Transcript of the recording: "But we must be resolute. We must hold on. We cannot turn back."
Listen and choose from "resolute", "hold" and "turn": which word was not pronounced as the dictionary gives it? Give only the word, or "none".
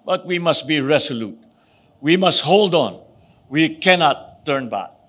resolute